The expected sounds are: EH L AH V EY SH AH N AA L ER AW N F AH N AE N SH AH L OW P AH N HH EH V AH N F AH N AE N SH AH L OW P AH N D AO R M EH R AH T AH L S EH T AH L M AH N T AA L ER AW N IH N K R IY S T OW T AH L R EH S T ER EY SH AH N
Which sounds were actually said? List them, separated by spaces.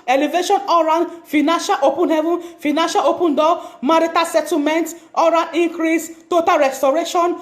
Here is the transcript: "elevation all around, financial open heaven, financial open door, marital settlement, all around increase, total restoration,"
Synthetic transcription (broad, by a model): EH L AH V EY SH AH N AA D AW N F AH N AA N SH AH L OW P AH N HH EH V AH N F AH N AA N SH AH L OW P AH N D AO M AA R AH T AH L S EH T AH M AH N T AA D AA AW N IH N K R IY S T OW T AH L R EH S T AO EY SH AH N